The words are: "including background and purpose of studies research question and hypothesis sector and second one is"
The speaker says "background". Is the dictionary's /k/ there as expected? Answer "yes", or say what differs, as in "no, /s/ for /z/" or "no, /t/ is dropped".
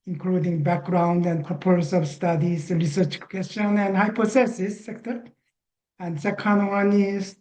yes